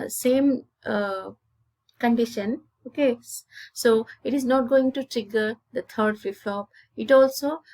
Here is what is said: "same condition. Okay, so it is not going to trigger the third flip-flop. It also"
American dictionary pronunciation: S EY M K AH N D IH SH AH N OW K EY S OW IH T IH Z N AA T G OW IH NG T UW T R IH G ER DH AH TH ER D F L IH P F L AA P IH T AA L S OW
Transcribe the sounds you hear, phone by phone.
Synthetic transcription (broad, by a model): S EY M K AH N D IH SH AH N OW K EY S OW IH T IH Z N AA T G OW IH NG T UW T R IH G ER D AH T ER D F IH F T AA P IH T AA L S OW